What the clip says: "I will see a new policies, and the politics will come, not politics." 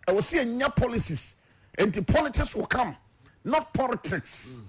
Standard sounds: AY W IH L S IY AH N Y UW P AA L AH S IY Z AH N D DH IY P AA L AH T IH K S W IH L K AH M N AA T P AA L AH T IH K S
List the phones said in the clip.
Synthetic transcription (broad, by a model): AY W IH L S IY AH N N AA P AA L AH S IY S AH N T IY P AA L AH T IH K S W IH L K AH M N AA T P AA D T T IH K S